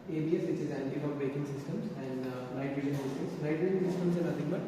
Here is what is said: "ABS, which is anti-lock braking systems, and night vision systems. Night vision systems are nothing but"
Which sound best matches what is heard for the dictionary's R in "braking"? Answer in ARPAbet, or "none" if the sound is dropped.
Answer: none